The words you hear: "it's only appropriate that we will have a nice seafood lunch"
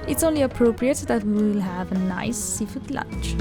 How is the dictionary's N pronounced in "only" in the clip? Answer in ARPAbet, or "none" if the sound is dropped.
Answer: N